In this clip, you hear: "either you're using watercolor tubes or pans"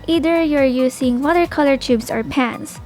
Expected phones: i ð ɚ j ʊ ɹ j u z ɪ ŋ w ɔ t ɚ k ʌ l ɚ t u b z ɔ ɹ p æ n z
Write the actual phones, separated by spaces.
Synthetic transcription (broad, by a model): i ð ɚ j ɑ ɹ j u s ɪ ŋ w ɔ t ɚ k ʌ l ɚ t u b s ɔ ɹ p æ n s